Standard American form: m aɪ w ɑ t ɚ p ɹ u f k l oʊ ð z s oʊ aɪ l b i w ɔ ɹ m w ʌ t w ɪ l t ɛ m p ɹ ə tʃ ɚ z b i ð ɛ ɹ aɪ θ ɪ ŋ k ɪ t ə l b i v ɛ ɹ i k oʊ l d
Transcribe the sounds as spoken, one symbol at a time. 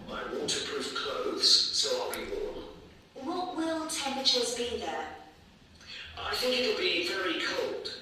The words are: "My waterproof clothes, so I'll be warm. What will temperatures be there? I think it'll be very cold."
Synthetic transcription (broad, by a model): aɪ w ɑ t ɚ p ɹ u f k l oʊ ð z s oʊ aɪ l b i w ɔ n w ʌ t w ɪ l t ɛ m p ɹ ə tʃ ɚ z b i ð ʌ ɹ aɪ θ ɪ ŋ k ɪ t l b i v ɛ ɹ i k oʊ l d